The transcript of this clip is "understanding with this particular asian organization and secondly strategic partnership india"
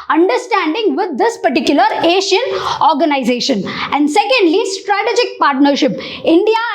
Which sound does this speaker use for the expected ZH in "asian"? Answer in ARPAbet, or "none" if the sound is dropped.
SH